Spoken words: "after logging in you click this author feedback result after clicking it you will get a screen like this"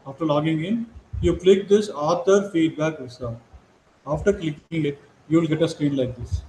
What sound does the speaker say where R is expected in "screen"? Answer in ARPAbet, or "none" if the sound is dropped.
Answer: R